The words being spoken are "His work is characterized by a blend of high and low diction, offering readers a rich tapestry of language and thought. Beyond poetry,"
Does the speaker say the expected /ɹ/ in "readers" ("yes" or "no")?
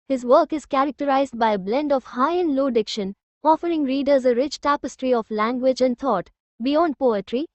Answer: yes